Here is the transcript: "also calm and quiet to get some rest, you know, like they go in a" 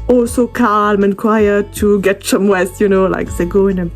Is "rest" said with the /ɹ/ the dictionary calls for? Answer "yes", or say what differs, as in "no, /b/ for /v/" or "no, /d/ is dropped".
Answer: no, /w/ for /ɹ/